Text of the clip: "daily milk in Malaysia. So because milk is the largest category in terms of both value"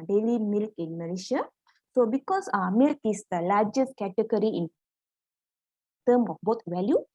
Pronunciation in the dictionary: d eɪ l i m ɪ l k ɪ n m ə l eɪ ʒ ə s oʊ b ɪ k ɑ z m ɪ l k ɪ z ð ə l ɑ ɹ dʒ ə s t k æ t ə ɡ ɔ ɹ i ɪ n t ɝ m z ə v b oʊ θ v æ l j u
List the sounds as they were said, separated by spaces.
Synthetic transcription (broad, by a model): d eɪ l i m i l k ɪ n m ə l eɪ ʃ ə s oʊ b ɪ k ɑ s m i l k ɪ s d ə l ɑ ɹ dʒ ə s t k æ t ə ɡ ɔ ɹ i ɪ n t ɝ m ə f b oʊ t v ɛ l j u